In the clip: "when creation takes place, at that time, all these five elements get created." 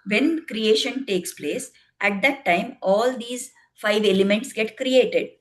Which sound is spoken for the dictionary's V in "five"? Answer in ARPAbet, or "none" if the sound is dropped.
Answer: V